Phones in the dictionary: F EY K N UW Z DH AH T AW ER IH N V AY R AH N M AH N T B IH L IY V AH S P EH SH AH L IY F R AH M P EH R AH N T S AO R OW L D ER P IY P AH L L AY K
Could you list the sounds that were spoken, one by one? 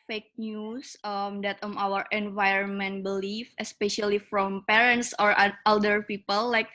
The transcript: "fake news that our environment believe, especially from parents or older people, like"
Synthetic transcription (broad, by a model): F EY K N UW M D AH T AW ER IH N V AY R AH N M AH N T B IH L IY F AH S P EH SH AH L IY F R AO M P EH R AH N T S AO R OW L D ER P IY P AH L L AY K